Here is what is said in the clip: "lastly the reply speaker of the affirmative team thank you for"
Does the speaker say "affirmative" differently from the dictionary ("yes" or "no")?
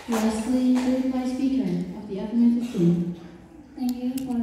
yes